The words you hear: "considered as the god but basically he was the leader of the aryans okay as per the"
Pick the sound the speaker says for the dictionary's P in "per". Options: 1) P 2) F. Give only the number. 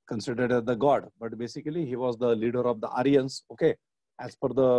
2